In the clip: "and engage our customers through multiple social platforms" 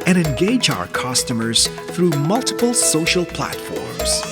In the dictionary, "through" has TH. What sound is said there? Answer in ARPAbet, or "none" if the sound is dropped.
TH